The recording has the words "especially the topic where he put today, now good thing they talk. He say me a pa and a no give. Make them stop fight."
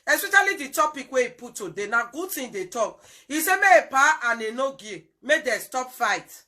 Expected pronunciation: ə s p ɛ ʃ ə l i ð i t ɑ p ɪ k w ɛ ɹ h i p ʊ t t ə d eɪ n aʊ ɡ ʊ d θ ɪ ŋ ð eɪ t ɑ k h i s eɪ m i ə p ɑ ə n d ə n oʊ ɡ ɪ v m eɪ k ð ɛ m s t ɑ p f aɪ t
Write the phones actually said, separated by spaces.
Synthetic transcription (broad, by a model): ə s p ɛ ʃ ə l i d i t ɑ p ɪ k w ɛ i p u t t ə d eɪ n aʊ ɡ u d t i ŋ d eɪ t ɑ k i s eɪ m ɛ ə p ɑ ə n ə n oʊ ɡ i m eɪ k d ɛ s t ɑ p f aɪ t